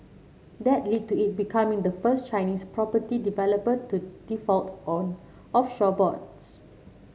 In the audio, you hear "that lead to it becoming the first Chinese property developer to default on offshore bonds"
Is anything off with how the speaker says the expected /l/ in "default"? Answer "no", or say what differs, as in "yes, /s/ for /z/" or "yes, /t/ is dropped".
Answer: no